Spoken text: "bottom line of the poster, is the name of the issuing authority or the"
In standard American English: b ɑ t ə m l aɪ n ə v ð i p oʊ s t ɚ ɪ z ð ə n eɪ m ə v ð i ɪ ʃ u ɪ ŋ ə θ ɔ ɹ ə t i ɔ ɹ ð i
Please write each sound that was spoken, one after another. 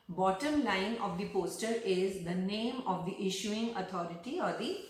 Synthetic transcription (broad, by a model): b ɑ t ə m l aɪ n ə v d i p oʊ s t ɚ ɪ z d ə n eɪ m ə v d i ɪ ʃ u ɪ ŋ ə t ɔ ɹ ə t i ɔ ɹ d i